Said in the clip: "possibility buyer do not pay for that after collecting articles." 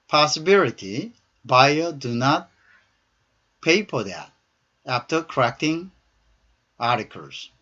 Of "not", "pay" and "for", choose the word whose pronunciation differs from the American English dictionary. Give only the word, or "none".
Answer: for